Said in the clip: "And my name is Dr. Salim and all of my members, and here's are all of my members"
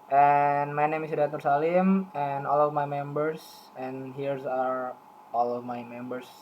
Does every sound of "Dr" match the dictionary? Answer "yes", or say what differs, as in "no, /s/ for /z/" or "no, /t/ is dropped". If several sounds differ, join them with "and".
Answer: no, /k/ is dropped